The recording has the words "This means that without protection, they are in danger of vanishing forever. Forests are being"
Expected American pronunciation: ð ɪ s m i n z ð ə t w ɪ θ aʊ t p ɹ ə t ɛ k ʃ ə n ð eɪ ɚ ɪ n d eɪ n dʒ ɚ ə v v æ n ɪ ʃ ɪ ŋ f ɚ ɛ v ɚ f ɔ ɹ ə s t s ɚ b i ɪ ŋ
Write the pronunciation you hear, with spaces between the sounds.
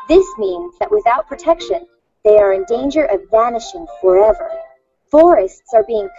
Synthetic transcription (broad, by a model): ð ɪ s m i n z ð ə t w ɪ θ aʊ t p ɹ ə t ɛ k ʃ ə n ð eɪ ɚ ɪ n d eɪ n dʒ ɚ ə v v æ n ɪ ʃ ɪ ŋ f ɚ ɛ v ɚ f ɔ ɹ ə s t s ɚ b i ɪ ŋ